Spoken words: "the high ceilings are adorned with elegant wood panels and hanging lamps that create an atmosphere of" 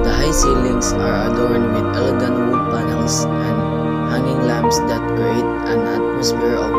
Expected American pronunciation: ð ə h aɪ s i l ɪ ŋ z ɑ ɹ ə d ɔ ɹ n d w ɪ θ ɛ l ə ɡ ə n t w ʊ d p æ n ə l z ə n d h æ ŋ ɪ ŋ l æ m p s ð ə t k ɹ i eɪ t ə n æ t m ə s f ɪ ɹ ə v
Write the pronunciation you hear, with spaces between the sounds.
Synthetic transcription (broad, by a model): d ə h aɪ s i l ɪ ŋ s ɑ ɹ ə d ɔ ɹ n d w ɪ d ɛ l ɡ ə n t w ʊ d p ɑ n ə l s ə n d h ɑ ŋ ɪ ŋ l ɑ m b s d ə t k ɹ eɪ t ə n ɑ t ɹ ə s p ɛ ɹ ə